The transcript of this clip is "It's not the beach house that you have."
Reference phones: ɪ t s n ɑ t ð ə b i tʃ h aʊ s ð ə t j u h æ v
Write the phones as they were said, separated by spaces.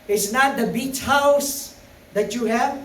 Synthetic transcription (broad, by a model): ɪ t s n ɑ t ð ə b i tʃ h aʊ s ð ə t j u h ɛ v